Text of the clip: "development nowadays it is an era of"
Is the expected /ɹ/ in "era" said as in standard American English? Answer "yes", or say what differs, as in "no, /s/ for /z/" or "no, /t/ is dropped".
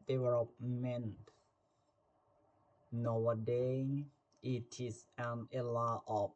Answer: no, /l/ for /ɹ/